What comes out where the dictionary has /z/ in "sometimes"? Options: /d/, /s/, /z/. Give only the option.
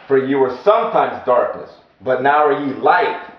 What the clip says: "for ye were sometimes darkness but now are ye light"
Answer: /z/